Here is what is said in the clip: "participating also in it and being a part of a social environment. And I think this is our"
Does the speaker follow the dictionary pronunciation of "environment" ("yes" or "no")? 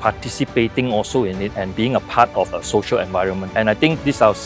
yes